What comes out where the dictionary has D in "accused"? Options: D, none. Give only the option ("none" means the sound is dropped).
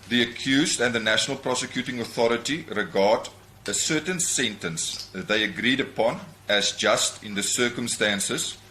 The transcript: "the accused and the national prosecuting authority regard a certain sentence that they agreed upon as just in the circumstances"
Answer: D